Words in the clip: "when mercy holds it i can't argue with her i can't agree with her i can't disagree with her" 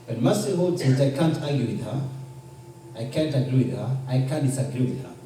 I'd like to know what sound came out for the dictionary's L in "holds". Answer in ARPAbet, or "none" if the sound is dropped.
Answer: none